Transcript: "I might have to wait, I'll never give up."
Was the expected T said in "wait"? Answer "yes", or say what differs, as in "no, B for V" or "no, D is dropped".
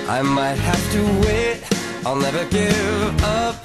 yes